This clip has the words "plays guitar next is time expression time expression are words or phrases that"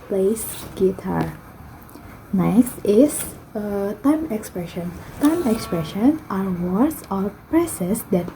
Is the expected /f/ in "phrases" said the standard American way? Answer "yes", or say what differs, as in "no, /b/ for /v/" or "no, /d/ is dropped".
no, /p/ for /f/